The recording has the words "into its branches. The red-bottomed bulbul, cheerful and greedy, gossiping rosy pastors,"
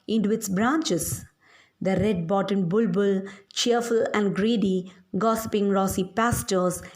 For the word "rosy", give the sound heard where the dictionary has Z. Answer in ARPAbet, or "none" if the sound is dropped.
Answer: S